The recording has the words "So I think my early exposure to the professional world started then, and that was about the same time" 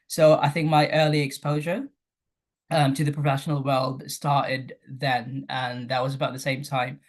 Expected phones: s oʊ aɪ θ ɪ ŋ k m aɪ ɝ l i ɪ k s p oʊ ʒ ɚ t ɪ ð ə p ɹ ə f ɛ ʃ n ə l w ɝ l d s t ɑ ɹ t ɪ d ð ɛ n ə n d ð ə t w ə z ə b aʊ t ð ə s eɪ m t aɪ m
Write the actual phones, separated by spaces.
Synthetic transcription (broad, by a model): s oʊ aɪ θ ɪ ŋ k m aɪ ɝ l i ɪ k s p oʊ ʒ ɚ t ɪ ð ə p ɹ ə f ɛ ʃ n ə l w ɝ l d s t ɑ ɹ t ɪ d ð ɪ n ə n ð ə t w ə z ə b aʊ t ð ə s eɪ m t aɪ m